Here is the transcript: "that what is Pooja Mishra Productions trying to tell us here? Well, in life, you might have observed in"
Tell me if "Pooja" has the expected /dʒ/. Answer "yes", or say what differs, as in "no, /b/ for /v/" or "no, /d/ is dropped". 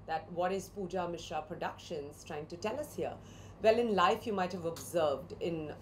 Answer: yes